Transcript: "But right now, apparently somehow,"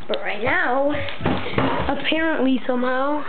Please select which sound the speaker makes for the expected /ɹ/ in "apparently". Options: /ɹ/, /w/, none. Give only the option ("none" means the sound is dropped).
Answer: /ɹ/